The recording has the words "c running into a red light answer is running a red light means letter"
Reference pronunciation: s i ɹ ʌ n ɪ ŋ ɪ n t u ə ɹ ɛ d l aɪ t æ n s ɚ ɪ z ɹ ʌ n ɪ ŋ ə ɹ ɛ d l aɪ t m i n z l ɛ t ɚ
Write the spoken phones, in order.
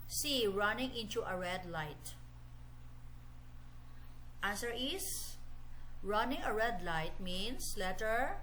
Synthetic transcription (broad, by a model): s i ɹ ʌ n ɪ ŋ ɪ n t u ə ɹ ɛ d l aɪ t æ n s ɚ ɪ s ɹ ʌ n ɪ ŋ ə ɹ ɛ d l aɪ t m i n s l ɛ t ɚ